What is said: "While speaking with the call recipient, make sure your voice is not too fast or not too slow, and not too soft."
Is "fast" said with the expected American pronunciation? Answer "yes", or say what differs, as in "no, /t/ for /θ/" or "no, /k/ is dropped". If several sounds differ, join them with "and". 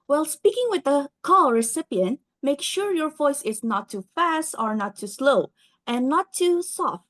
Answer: yes